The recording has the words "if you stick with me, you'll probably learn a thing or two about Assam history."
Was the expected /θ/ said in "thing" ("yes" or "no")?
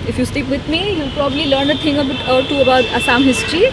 no